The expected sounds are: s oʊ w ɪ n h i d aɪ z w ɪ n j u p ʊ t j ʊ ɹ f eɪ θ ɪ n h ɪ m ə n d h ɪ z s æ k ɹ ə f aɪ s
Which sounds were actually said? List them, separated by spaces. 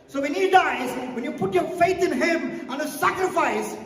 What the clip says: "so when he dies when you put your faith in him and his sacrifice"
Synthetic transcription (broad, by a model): s oʊ w ɪ n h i d aɪ z w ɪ n j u p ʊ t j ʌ ɹ f eɪ θ ɪ n h ɪ m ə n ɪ s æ k ɹ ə f aɪ s